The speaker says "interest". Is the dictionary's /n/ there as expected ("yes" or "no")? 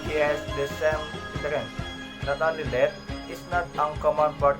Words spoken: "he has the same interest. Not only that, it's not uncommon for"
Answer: no